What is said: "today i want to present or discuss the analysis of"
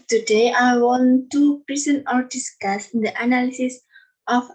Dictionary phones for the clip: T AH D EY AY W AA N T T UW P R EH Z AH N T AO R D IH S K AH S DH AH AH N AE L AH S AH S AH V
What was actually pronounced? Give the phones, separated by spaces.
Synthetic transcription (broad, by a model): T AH D EY AY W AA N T T UW P R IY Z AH N AO R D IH S K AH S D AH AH N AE L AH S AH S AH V